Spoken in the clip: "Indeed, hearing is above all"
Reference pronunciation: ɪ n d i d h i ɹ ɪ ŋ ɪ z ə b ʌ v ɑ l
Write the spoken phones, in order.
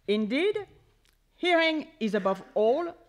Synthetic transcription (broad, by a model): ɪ n d i d h i ɹ ɪ ŋ ɪ z ə b ʌ v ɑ l